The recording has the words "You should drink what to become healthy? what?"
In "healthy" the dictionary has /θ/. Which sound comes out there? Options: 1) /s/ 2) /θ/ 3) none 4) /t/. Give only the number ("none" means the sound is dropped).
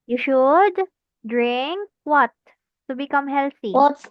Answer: 4